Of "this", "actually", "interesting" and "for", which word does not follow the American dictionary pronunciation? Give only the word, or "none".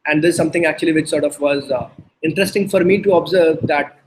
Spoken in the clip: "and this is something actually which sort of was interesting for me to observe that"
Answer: this